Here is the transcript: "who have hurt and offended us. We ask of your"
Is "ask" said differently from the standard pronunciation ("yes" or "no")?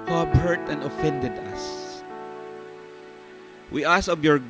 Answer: yes